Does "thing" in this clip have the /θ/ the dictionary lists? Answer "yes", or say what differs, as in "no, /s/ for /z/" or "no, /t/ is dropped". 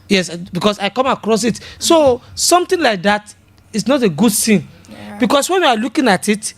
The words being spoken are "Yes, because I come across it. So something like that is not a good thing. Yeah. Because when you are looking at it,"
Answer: no, /s/ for /θ/